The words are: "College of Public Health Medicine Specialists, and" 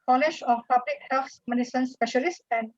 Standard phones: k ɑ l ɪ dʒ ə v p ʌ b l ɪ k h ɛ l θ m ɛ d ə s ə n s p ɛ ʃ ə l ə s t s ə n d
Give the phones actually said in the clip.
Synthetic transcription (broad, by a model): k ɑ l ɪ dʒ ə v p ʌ b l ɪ k h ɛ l s m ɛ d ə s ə n s p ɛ ʃ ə l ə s s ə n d